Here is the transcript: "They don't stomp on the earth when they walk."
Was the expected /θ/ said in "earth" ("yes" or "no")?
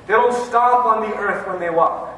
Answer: yes